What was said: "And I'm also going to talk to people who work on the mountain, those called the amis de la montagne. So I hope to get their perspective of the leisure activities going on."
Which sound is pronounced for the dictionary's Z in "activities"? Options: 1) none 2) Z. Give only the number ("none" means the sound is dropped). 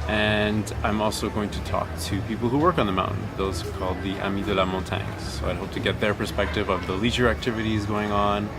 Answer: 2